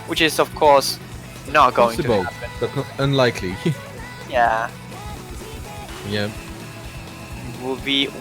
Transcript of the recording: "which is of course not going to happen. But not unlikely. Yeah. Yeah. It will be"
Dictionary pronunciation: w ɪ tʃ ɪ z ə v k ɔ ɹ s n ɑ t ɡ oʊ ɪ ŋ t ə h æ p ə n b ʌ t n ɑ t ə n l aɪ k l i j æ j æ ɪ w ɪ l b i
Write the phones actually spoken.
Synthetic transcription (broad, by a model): w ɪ tʃ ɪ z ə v k ɔ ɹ s n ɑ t ɡ oʊ ɪ ŋ s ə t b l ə b ʌ t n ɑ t ə n l aɪ k l i j æ j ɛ ɪ w ɪ l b i